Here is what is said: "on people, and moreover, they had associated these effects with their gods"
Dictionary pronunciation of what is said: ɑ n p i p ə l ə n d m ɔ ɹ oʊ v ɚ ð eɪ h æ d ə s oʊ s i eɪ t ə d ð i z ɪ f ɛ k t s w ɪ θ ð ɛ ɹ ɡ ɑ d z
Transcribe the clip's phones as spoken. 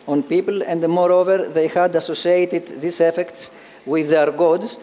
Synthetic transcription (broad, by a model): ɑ n p i p ə l ə n d m ɔ ɹ oʊ v ɚ ð eɪ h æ d ə s oʊ s i eɪ t ə d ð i s ɪ f ɛ k t s w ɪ ð ɛ ɹ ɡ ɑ d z